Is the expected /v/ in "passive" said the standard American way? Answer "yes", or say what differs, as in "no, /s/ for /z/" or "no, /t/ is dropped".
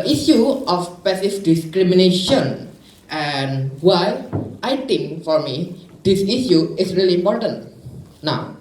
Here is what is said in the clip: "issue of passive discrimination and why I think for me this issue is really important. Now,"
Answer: no, /f/ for /v/